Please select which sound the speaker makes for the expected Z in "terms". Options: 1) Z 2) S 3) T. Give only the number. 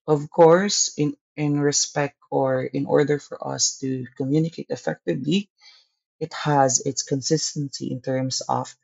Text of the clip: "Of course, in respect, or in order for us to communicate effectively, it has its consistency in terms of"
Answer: 2